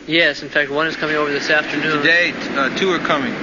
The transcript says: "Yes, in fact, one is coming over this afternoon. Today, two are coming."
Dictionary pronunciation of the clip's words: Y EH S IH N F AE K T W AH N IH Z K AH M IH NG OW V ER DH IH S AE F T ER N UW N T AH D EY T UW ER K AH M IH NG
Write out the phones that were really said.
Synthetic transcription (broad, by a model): Y EH S IH N F AE K T W AH N IH Z K AH M IH NG OW V ER DH IH S AE F T ER N UW N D EY T UW ER K AH M IH NG